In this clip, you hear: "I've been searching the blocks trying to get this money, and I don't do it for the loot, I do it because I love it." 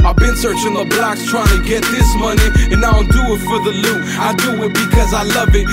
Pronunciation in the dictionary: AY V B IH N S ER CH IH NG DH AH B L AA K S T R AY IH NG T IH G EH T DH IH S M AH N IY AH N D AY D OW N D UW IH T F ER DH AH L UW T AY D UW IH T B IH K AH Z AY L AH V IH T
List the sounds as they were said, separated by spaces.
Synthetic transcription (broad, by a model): AY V B IH N S ER CH IH NG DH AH B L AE K S T R AY IH NG T IH G EH T DH IH S M AH N IY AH N AY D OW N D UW IH T F ER DH AH L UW AY D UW IH T B IH K AH Z AY L AH V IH T